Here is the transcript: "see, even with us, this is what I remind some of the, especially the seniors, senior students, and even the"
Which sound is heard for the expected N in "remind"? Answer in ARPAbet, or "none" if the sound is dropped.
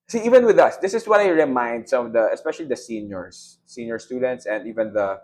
N